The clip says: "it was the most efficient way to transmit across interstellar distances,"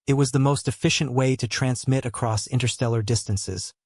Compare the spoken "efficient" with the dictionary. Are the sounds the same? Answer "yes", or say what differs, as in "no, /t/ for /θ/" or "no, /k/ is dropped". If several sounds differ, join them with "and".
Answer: yes